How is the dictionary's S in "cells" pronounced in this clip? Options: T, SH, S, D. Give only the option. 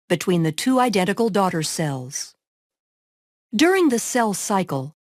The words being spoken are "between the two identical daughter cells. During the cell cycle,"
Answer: S